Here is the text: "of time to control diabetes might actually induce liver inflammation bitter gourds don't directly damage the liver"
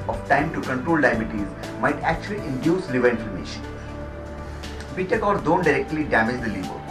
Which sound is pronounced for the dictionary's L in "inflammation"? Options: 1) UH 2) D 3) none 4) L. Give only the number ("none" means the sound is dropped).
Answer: 3